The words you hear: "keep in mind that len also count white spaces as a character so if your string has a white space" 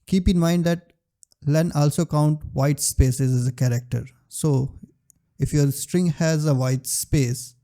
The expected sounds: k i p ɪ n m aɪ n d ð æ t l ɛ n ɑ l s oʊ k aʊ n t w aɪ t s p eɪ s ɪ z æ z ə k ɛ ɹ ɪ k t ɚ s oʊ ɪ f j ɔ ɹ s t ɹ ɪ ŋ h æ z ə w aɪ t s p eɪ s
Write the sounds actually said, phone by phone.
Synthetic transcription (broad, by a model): k i p ɪ n m aɪ n d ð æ t l ɛ n ɑ l s oʊ k aʊ n t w aɪ t s p eɪ s ɪ z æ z ə k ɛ ɹ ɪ k t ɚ s oʊ ɪ f j ɔ ɹ s t ɹ ɪ ŋ h æ z ə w aɪ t s p eɪ s